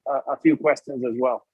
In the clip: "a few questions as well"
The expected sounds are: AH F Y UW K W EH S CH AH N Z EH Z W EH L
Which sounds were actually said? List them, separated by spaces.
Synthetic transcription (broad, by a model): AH F Y UW K W EH S CH AH N Z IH Z W EH L